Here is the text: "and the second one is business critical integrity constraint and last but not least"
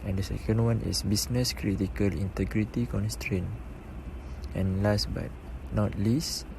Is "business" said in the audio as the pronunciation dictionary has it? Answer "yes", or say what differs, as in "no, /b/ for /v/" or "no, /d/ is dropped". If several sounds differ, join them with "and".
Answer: no, /s/ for /z/